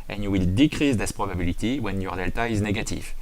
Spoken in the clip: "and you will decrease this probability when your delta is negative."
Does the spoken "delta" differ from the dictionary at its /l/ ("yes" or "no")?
no